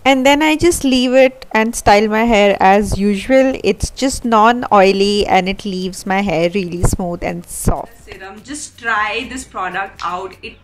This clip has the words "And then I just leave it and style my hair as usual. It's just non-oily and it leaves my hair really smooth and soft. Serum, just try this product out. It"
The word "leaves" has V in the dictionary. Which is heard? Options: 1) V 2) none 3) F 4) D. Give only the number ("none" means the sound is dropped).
1